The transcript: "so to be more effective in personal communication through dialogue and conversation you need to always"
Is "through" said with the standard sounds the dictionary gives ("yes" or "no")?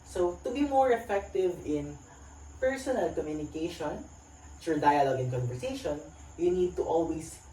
no